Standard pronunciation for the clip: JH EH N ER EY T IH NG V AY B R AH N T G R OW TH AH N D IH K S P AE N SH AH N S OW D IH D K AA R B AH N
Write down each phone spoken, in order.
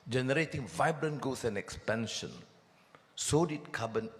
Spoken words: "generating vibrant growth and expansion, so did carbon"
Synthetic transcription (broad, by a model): JH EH N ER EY T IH NG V AY B R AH N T G OW S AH N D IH K S P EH N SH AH N S OW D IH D K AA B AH N